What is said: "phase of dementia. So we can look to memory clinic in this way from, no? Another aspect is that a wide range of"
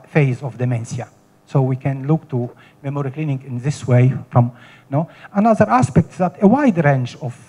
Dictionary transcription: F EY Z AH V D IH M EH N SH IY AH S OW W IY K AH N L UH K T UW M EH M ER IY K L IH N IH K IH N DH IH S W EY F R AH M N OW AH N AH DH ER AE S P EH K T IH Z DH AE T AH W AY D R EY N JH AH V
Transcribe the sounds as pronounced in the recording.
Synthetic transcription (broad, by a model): F EY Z AH V D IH M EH N S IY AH S OW W IY K AH N L UH K T UW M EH M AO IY K L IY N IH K IH N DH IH S W EY F R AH M N OW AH N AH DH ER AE S P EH K T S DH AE T AH W AY D R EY N CH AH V